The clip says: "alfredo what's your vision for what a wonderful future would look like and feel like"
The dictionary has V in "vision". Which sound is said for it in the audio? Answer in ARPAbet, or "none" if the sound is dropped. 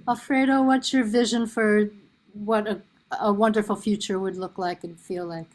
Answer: V